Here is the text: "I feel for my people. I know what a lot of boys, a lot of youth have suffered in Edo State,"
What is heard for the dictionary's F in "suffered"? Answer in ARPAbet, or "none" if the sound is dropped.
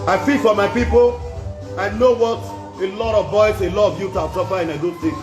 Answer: P